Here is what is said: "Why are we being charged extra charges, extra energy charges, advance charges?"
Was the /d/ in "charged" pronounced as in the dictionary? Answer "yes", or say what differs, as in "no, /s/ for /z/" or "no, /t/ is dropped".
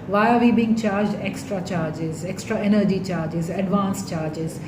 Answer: yes